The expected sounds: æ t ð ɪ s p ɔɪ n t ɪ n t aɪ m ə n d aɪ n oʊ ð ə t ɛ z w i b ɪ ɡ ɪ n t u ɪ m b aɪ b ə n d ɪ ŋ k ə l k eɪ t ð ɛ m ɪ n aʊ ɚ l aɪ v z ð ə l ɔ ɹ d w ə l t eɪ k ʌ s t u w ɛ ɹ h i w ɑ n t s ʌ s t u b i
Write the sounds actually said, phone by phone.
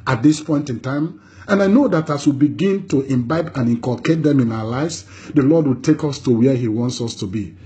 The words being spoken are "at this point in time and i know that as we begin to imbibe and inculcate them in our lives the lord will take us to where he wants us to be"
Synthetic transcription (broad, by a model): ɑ t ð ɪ s p ɔɪ n t ɪ n t aɪ m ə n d aɪ n oʊ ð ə t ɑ s w i b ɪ ɡ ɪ n t u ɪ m b aɪ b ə n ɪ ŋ k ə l k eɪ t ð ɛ m ɪ n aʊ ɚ l aɪ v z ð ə l ɔ d w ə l t eɪ k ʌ s t u w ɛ h i w ɑ n t s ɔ s t u b i